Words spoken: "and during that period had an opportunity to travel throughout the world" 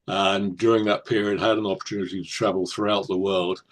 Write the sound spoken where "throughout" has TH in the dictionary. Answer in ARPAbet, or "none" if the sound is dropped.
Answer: TH